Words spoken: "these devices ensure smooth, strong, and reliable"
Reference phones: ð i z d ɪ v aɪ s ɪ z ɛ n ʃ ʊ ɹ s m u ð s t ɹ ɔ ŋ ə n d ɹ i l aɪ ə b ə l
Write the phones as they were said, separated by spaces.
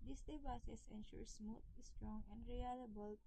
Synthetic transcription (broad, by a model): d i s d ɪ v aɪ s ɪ s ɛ n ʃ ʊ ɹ s m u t s t ɹ ɔ ŋ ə n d ɹ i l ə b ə l